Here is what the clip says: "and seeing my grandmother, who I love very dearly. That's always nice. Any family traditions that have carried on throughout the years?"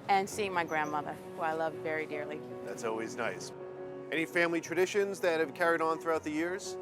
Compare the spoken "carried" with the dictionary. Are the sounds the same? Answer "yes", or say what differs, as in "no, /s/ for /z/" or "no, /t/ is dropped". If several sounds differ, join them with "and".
yes